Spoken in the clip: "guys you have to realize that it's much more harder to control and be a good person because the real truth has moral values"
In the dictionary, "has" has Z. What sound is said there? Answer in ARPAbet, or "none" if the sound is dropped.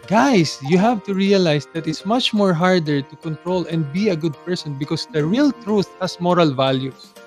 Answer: S